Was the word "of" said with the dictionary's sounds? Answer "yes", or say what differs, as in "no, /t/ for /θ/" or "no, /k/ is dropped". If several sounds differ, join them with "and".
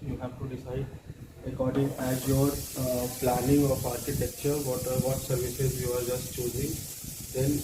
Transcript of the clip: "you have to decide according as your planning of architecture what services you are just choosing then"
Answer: no, /p/ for /v/